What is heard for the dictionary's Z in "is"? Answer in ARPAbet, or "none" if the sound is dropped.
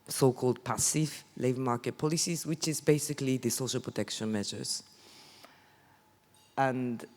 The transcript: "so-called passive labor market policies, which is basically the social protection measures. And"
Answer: Z